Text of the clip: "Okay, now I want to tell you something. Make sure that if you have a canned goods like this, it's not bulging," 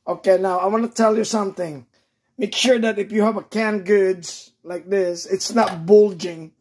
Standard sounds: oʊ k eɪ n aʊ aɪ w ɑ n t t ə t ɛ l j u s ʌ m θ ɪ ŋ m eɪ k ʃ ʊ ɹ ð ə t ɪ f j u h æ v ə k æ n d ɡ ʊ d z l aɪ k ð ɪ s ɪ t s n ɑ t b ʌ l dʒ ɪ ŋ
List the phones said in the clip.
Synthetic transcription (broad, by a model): oʊ k eɪ n aʊ aɪ w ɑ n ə t ɛ l j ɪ s ʌ m θ ɪ ŋ m eɪ k ʃ ʊ ɹ ð ə t ɪ f j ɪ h v ə k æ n ɡ ʊ d z l aɪ k ð ɪ s ɪ t s n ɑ t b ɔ l dʒ ɪ ŋ